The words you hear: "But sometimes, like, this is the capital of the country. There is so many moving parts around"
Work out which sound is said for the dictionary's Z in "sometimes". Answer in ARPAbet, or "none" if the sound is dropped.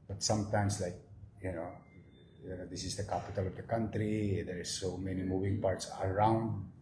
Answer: S